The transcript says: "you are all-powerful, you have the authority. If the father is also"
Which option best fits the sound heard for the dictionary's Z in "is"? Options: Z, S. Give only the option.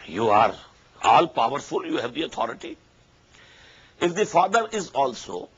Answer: Z